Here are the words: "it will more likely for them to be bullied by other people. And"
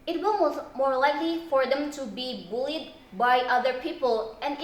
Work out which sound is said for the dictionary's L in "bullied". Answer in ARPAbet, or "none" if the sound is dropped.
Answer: L